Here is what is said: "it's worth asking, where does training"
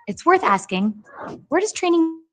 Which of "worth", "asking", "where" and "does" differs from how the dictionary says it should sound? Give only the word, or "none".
none